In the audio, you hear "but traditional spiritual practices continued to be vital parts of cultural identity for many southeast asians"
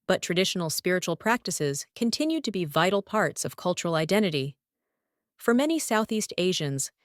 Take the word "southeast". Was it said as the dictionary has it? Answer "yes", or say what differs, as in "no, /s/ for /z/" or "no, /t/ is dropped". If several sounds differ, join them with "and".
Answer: yes